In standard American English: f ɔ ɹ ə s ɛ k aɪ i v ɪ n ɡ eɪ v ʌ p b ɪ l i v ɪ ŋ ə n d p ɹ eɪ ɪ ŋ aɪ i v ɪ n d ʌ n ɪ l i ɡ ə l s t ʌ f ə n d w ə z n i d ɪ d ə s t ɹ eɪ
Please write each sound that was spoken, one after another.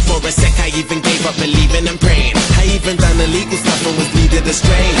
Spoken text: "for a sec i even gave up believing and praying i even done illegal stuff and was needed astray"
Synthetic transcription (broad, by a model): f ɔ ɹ ə s ɛ k aɪ i v ɪ n ɡ eɪ v ʌ p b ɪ l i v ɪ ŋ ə n p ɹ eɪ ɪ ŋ aɪ i v ɪ n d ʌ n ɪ l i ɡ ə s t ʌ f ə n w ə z l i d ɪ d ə s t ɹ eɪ